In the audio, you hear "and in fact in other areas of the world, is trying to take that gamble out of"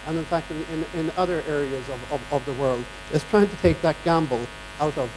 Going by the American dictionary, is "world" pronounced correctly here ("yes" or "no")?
yes